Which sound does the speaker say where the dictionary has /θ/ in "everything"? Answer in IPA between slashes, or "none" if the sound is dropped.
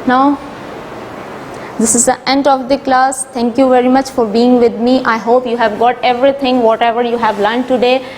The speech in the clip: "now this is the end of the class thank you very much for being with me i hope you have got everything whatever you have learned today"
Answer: /t/